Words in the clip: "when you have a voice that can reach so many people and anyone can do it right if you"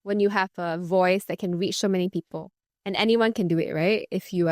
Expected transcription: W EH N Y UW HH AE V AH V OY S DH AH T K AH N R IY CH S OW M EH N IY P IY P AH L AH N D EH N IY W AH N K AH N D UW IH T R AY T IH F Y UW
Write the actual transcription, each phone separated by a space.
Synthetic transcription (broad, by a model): W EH N Y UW HH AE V AH V OY S DH AH T K AH N R IY CH S OW M EH N IY P IY P AH L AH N EH N IY W AH N K AH N D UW IH T R AY T IH F Y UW